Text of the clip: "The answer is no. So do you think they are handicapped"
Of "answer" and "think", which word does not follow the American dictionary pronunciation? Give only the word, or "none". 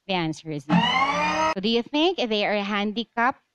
none